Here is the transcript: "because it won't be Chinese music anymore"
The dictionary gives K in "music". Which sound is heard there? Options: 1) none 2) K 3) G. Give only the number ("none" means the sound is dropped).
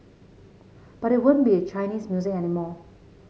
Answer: 1